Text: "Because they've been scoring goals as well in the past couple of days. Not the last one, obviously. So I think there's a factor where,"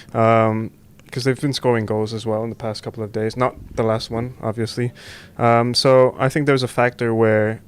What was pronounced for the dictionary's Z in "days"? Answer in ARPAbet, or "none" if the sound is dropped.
Z